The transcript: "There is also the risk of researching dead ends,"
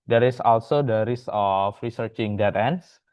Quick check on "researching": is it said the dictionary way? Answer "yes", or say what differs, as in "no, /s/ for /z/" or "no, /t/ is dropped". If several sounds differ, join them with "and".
yes